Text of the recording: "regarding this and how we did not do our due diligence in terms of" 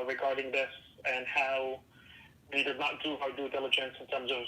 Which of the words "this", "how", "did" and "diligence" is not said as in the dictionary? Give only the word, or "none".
none